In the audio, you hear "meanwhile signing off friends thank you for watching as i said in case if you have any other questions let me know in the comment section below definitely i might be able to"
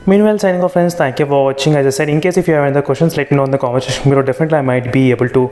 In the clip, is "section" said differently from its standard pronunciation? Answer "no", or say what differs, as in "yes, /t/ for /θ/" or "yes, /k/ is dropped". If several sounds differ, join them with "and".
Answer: yes, /k/ is dropped